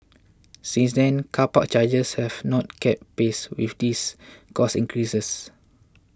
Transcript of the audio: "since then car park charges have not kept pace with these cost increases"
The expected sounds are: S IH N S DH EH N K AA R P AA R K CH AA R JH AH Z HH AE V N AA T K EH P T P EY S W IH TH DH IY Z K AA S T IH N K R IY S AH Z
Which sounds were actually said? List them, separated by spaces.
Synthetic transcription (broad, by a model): S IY N S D EH N K AA P AA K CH AA JH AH S HH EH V N AA T K EH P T P EY S W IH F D IY S K AA S IH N K R IY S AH S